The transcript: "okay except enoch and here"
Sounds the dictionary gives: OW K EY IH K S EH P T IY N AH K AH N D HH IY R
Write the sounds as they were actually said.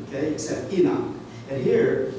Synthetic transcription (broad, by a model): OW K EY IH K S EH P T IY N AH AH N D HH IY R